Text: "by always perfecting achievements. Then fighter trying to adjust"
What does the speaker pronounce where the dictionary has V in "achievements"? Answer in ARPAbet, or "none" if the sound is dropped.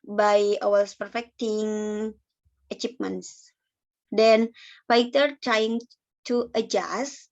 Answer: P